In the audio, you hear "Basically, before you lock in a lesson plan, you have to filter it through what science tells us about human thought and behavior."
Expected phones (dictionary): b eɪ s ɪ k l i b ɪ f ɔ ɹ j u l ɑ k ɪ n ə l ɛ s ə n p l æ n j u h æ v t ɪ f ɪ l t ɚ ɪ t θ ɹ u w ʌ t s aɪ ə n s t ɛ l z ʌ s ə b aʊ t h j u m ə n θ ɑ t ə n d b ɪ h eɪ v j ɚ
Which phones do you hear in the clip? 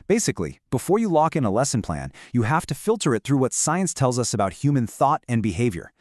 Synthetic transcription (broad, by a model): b eɪ s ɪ k l i b ɪ f ɔ ɹ j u l ɑ k ɪ n ə l ɛ s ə n p l æ n j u h æ f t ɪ f ɪ l t ɚ ɪ t θ ɹ u w ʌ t s aɪ ə n s t ɛ l z ʌ s ə b aʊ t h j u m ə n θ ɑ t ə n b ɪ h eɪ v j ɚ